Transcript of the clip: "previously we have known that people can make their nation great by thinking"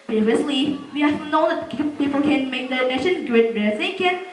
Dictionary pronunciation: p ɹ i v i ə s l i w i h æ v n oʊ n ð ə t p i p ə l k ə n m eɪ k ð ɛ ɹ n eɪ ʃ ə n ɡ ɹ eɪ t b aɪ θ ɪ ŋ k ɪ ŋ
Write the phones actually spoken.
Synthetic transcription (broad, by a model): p ɹ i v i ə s l i w i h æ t n oʊ n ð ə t p i p ə l k ə n m eɪ k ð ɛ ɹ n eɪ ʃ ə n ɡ ʊ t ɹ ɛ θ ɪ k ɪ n